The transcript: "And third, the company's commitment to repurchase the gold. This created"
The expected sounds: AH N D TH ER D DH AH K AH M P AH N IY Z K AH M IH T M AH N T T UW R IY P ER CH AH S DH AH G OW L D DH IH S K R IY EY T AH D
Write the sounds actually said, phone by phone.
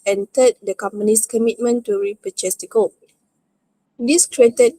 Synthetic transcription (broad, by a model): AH N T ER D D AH K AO M P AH N IY S K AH M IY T M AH N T T UW R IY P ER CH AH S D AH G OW D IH S K R IY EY T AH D